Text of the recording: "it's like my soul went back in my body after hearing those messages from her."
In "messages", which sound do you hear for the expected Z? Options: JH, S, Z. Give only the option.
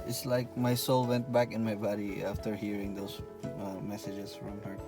S